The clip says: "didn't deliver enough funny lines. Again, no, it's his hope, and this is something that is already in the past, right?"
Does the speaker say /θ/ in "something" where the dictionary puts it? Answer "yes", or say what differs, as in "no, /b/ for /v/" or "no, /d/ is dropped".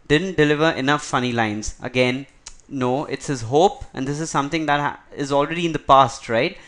no, /t/ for /θ/